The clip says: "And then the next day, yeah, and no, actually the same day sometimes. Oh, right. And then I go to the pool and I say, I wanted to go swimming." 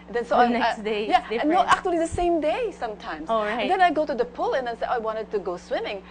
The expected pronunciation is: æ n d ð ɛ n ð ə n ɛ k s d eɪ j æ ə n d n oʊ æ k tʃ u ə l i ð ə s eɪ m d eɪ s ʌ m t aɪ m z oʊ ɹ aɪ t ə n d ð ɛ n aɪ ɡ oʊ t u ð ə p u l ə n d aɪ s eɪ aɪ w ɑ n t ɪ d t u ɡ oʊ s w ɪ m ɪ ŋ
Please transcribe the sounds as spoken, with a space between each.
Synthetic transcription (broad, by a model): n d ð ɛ n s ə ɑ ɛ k s d eɪ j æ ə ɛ n oʊ æ k tʃ u ə l i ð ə s eɪ m d eɪ s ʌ m t aɪ m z oʊ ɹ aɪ ə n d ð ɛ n aɪ ɡ oʊ t u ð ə p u l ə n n s eɪ aɪ w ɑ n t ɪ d t u ɡ oʊ s w ɪ m ɪ ŋ